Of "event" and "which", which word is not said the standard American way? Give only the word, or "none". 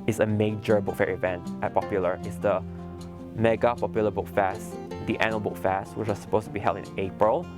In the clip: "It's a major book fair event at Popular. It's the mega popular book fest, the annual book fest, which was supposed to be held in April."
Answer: none